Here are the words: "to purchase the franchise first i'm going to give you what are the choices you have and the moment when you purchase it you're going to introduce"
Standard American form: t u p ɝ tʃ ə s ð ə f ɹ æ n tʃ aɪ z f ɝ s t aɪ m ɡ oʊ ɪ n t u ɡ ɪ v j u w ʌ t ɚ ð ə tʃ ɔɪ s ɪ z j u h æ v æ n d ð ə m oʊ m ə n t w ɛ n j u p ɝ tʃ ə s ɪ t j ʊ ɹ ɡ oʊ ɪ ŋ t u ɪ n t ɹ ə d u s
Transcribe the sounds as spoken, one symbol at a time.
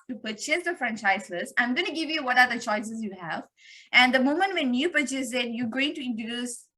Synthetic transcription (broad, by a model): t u p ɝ tʃ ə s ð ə f ɹ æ n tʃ aɪ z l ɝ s aɪ m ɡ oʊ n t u ɡ ɪ v j u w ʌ t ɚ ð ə tʃ ɔɪ s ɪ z j u h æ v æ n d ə m oʊ m ə n t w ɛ n j u p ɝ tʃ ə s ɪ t j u ɡ oʊ ɪ ŋ t u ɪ n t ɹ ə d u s